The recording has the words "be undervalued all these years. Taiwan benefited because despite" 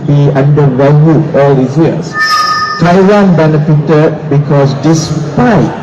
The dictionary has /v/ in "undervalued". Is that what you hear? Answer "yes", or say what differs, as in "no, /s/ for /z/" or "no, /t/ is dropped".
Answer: no, /v/ is dropped